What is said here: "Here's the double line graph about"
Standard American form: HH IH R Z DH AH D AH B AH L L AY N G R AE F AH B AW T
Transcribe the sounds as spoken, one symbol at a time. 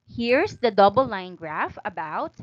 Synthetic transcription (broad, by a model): HH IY R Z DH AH D AH B AH L L AY N G R AE F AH B AW T